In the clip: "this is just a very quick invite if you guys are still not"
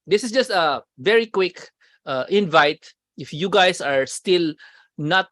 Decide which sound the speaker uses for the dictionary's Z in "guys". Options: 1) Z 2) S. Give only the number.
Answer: 2